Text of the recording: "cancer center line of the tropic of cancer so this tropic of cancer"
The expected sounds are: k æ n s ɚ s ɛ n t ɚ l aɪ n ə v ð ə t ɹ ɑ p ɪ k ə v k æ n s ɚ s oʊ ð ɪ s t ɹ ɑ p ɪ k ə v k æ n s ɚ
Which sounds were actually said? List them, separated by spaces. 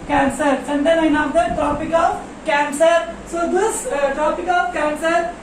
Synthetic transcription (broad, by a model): k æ n s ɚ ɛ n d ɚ n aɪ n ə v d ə t ɹ ɑ p ɪ k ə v k æ n s ɚ s oʊ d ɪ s t ɹ ɑ p ɪ k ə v k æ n s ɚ